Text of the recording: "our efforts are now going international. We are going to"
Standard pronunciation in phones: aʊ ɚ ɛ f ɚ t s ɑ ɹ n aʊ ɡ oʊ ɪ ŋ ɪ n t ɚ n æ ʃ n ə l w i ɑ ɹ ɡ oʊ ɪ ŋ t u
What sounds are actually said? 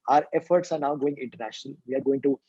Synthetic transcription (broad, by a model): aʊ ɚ ɛ f ɚ t s ɑ ɹ n aʊ ɡ oʊ ɪ ŋ ɪ n t ɚ n æ ʃ n ə l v i ɑ ɹ ɡ oʊ ɪ ŋ t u